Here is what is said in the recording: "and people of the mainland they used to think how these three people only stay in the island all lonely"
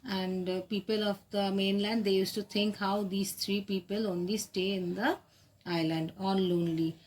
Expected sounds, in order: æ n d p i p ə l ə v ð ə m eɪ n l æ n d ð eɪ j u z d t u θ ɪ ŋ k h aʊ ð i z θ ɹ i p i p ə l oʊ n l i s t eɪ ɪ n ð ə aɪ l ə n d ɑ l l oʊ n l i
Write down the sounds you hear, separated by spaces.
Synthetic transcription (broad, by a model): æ n d p i p ə l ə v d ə m eɪ n l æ n d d eɪ j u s t u t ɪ ŋ k h aʊ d i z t ɹ i p i p ə l oʊ n l i s t eɪ ɪ n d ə aɪ l ə n d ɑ n l oʊ n l i